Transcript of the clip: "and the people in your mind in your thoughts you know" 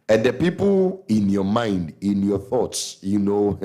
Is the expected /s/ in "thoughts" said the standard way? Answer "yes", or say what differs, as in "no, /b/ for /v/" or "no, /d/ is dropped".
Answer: yes